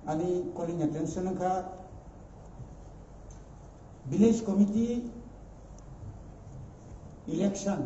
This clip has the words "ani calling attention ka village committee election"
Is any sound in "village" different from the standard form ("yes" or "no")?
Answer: yes